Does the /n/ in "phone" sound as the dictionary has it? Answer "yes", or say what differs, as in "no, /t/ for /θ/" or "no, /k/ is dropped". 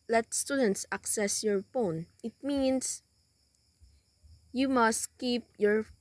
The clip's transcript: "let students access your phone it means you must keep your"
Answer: yes